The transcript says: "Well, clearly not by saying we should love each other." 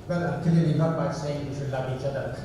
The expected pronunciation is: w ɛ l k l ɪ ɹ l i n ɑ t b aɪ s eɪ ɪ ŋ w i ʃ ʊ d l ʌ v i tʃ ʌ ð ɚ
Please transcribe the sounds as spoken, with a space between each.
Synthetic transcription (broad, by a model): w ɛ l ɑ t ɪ l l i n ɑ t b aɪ s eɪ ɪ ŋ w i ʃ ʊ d l ʌ v i tʃ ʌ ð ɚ